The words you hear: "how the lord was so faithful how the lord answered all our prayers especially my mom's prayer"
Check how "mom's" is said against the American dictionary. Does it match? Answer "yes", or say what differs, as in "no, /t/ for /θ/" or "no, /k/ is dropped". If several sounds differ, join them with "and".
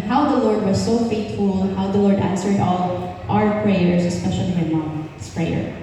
no, /s/ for /z/